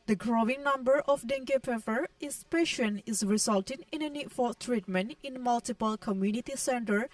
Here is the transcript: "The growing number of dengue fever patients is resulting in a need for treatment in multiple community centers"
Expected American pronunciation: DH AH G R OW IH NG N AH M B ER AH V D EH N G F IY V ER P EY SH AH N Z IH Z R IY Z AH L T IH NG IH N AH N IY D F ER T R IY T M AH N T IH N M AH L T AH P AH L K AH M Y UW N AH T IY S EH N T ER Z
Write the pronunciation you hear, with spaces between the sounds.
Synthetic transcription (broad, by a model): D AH G R OW IH NG N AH M B ER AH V D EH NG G P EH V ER P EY SH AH N IH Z R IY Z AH L T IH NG IH N AH N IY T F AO T R IY T M AH N T IH N M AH L T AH P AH L K AH M Y UW N AH T IY S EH N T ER